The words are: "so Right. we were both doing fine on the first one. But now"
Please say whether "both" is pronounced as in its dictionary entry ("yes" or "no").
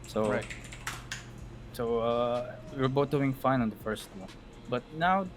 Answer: no